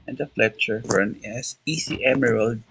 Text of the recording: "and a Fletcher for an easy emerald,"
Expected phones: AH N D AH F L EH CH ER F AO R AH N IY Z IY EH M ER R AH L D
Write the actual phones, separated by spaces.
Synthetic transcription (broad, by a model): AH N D AH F L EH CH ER F AO R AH N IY S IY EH M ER R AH L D